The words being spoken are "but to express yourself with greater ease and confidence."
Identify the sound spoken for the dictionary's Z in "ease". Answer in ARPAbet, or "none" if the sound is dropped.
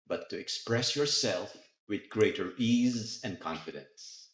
Z